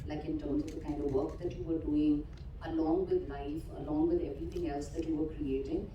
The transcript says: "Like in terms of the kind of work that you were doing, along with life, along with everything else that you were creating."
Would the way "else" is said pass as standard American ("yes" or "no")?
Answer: yes